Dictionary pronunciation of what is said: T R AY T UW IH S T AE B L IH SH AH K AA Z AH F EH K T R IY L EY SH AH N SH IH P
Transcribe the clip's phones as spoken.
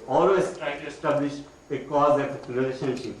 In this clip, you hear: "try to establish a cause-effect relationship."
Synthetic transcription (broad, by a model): T R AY T UW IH S T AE B L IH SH AH K AA Z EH T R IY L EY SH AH N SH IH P